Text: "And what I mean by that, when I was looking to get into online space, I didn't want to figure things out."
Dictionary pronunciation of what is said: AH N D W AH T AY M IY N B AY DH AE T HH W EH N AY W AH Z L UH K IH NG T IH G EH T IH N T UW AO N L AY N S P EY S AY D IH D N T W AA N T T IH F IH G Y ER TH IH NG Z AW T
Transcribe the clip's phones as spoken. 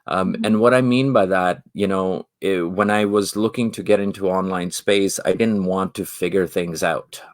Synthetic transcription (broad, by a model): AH N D W AH T AY M IY N B AY DH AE T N W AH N AY W AH Z L UH K IH NG T IH G EH T IH N T UW AO N L AY N S P EY S AY D IH D N T W AA N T T IH F IH G Y ER TH IH NG Z AW T